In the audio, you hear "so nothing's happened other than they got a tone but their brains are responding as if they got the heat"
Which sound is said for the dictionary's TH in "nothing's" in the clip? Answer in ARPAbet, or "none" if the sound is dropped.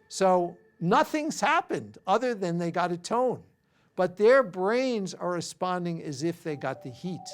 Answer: TH